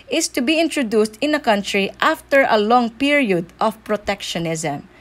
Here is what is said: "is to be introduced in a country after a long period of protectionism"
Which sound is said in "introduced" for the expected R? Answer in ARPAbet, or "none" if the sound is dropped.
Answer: R